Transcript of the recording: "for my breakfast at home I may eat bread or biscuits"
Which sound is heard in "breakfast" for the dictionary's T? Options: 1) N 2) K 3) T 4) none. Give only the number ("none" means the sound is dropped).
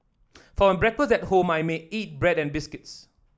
4